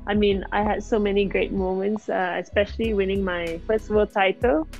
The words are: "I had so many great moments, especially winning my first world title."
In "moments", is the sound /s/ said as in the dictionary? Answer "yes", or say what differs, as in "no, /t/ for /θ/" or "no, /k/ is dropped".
yes